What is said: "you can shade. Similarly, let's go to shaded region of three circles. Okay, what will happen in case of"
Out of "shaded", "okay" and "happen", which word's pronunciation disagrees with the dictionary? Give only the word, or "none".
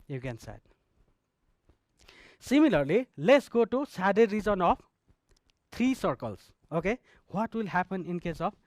shaded